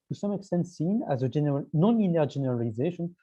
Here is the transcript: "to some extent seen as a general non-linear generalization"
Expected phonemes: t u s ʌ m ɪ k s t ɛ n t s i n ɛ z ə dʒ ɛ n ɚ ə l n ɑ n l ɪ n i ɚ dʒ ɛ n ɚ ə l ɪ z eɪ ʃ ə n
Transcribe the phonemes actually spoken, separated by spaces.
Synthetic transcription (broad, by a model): t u s ʌ m ɪ k s t ɛ n t s i n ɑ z ə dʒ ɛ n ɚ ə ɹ n ɑ n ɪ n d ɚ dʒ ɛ n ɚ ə l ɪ z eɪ ʃ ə n